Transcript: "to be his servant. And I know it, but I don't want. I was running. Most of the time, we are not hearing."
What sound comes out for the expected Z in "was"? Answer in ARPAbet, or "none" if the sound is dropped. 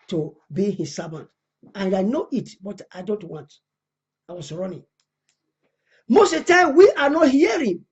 S